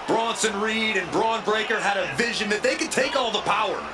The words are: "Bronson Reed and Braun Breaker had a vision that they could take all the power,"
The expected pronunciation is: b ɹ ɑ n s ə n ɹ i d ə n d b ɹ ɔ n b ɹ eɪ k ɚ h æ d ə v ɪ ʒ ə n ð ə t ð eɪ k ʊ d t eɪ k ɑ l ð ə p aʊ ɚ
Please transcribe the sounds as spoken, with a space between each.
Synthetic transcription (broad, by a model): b ɹ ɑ n s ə n ɹ i d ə n b ɹ ɔ n b ɹ eɪ k ɚ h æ d ə v ɪ ʒ ə n ð ə t ð eɪ k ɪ d t eɪ k ɑ l ð ə p aʊ ɚ